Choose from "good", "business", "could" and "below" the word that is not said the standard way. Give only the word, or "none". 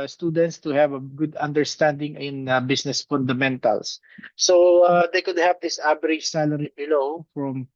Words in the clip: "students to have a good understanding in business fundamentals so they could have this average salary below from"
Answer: business